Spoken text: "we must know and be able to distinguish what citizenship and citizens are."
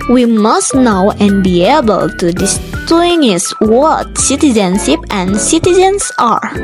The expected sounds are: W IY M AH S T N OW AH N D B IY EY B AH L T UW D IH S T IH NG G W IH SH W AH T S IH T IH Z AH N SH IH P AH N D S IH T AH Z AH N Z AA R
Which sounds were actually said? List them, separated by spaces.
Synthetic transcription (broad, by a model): W IY M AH S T N OW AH N B IY EY B AH L T UW D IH S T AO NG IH S W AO T S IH T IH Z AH N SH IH P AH N S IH T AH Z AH N S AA R